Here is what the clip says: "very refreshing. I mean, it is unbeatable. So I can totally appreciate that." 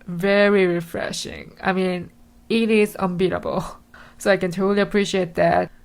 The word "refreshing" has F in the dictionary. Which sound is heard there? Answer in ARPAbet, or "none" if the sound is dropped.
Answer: F